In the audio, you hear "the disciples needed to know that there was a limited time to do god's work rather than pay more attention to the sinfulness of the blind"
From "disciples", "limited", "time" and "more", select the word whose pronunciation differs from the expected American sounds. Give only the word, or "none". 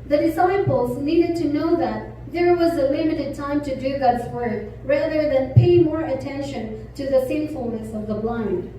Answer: none